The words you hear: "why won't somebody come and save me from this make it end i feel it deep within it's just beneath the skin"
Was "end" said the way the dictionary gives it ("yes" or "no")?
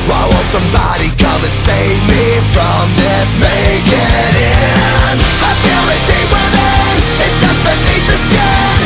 no